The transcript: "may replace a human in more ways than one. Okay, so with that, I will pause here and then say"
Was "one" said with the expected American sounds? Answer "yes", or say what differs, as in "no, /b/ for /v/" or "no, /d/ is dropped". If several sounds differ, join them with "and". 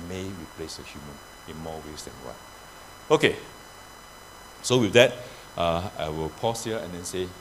no, /n/ is dropped